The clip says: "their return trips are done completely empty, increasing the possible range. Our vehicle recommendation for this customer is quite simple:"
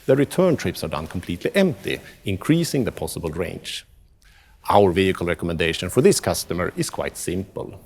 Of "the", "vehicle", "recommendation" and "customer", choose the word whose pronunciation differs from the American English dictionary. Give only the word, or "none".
none